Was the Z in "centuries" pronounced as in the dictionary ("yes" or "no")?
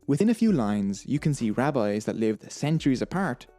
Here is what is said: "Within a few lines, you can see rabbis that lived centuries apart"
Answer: yes